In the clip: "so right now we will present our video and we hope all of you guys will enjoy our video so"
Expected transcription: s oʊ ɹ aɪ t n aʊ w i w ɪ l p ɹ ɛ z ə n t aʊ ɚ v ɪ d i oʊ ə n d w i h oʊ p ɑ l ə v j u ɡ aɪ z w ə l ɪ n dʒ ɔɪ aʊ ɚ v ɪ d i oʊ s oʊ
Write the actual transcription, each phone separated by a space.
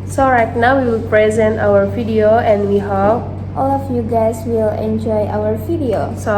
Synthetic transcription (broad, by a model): s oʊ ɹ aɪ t n aʊ w i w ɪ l p ɹ ɛ z ə n t aʊ ɚ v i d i oʊ ə n d w i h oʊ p ɑ l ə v j u ɡ aɪ s w ə l ɪ n dʒ ɔɪ aʊ ɚ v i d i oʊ s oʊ